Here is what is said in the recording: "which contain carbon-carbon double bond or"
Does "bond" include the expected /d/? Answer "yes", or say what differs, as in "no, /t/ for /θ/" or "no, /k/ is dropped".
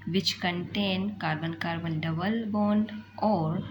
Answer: no, /d/ is dropped